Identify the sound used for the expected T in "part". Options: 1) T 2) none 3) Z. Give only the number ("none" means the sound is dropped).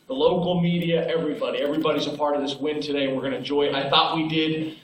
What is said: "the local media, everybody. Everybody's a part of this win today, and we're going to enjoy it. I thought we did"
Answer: 1